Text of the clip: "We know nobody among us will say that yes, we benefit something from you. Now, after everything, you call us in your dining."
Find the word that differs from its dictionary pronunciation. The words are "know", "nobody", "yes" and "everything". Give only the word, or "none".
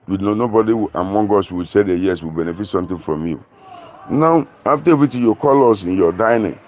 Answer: everything